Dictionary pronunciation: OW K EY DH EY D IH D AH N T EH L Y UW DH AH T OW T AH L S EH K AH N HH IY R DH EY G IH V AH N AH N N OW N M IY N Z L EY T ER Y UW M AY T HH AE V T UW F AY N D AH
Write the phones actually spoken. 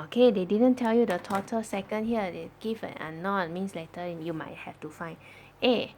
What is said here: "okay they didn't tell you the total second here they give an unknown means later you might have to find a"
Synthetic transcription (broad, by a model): OW K EY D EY D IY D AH N T EH L Y UW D AH T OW T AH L S EH K AH N HH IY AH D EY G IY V AH N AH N N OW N M IY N S L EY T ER Y UW M AY T HH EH F T UW F AY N AH